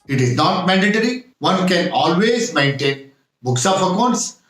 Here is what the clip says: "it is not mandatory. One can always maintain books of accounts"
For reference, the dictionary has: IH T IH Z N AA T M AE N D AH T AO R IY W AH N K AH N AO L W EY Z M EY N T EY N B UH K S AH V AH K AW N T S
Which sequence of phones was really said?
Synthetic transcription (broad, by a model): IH T IH Z N AA T M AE N D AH T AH R IY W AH N K AH N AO L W EY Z M EY N T EY N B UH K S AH P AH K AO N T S